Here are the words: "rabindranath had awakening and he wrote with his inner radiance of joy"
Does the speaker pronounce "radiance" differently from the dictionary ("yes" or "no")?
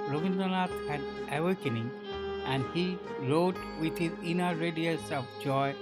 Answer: yes